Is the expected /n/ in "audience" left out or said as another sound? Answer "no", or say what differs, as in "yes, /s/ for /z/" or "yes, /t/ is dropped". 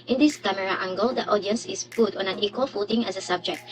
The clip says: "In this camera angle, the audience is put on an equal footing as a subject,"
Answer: no